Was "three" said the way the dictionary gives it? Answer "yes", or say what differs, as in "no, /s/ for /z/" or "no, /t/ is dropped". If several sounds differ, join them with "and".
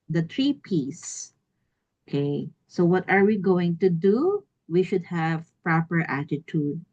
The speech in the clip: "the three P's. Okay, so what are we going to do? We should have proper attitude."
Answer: no, /t/ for /θ/